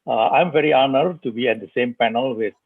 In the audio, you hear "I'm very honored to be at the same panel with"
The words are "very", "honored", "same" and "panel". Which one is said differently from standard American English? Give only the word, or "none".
none